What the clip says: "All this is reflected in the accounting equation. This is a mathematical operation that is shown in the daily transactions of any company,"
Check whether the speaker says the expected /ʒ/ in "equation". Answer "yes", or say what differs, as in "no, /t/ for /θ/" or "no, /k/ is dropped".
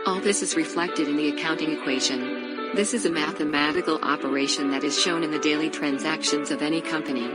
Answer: yes